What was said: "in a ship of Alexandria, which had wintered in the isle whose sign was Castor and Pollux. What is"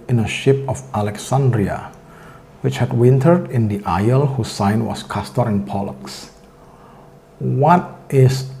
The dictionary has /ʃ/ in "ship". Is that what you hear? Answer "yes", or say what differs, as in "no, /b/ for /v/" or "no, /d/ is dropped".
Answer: yes